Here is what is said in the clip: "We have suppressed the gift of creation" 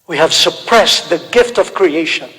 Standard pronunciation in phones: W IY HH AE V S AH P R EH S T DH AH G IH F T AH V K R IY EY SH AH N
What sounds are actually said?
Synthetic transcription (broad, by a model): W IY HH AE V S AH P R EH S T DH AH G IH F T AH V K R IY EY SH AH N